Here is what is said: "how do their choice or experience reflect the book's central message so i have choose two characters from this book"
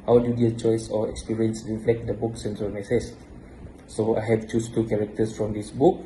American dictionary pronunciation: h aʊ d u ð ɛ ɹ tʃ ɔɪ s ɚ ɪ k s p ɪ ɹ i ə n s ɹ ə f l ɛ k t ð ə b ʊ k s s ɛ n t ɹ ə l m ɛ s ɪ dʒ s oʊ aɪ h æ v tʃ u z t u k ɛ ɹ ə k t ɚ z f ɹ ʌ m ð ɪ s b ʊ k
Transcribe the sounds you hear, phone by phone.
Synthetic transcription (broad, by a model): h aʊ d u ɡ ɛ tʃ ɔɪ s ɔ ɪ k s p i ɹ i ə n s ɹ ə f l ɛ k t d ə b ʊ k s s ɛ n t ə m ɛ s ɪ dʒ s oʊ aɪ h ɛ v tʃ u s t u k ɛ ɹ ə k t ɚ s f ɹ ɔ m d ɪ s b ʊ k